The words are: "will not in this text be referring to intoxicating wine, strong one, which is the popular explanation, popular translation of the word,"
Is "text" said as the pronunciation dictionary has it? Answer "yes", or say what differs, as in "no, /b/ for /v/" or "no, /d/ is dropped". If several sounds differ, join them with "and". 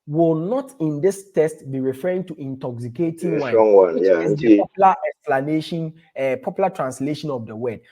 no, /k/ is dropped